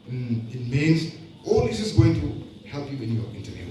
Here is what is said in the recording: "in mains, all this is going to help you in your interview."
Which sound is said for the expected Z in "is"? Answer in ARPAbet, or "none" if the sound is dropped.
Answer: S